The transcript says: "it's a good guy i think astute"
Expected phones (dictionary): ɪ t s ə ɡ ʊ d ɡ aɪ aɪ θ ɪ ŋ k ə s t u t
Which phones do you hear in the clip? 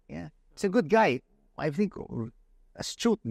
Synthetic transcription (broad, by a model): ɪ t s ə ɡ ʊ d ɡ aɪ aɪ θ ɪ ŋ k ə s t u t